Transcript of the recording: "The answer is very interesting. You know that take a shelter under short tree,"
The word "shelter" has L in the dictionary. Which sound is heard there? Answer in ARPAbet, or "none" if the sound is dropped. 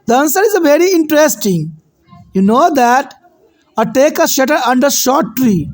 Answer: none